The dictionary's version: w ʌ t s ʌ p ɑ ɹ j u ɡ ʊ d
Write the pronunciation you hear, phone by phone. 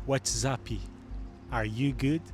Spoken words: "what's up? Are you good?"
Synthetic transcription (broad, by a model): w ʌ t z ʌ p ɑ ɹ j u ɡ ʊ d